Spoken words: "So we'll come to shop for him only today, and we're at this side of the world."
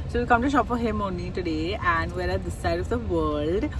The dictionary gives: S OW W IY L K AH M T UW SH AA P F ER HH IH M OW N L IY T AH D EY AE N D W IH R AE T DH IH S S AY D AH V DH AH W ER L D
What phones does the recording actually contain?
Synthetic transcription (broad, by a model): S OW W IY K AH M T UW SH AA P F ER HH IH M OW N IY T AH D EY AE N D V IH R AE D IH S S AY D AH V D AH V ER L D